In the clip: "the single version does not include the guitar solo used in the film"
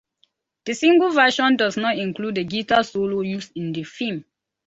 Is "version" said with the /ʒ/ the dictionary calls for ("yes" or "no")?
no